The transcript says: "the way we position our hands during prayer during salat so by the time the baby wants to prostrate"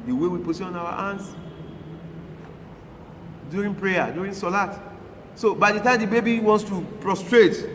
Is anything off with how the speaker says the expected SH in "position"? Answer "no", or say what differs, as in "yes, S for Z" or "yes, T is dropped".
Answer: yes, SH is dropped